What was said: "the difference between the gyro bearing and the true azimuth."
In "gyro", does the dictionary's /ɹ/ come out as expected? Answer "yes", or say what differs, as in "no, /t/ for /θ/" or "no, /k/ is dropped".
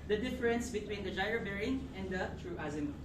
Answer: no, /ɹ/ is dropped